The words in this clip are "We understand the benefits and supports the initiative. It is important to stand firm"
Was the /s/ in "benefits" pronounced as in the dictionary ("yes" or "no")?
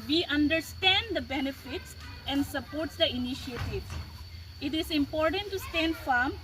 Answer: yes